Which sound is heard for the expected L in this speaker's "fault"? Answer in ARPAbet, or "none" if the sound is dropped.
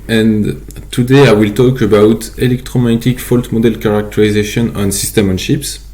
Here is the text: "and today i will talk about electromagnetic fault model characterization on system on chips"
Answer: L